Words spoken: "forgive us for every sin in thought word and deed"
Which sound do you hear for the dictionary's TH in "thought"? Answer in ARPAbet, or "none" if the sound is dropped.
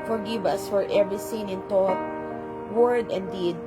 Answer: T